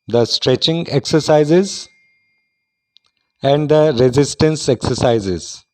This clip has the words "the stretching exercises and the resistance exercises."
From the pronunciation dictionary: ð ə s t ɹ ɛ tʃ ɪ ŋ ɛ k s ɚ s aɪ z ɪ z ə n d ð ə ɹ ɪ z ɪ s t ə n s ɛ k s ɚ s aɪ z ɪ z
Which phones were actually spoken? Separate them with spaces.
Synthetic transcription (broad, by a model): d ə s t ɹ ɛ tʃ ɪ ŋ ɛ k s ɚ s aɪ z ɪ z ə n d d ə ɹ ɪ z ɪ s t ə n s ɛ k s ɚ s aɪ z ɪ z